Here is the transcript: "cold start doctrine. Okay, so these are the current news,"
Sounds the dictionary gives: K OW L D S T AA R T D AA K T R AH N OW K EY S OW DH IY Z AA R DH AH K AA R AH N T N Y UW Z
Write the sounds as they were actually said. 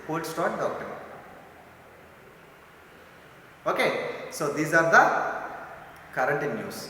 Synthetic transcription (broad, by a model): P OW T S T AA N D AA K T AH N OW K EY S OW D IY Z AA R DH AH K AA R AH N T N Y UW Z